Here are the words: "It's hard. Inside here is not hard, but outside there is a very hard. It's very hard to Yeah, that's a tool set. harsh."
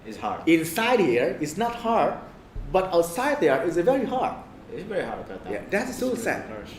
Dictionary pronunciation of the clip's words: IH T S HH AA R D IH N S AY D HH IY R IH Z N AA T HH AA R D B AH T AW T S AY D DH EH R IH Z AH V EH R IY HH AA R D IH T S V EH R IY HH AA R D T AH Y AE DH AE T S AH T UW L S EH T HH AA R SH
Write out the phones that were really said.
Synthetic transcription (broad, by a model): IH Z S HH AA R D IH N S AY D HH IY R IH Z N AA T HH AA R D B AH T AW T S AY D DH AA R IH Z AH V EH R IY HH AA R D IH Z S V EH R IY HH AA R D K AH Y AE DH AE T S AH S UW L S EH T